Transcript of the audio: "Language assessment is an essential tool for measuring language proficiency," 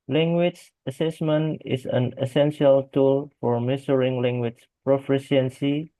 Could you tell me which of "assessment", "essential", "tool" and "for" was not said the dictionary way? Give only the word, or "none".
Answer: none